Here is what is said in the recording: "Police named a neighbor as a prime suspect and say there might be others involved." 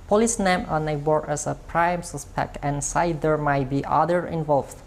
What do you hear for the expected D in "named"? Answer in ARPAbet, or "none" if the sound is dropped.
none